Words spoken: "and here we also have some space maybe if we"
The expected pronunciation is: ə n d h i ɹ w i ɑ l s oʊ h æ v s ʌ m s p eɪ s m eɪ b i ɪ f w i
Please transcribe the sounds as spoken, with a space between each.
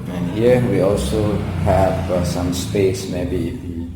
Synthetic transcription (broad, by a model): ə n h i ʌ w i ɑ l s oʊ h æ f s ʌ m s p eɪ s m eɪ b i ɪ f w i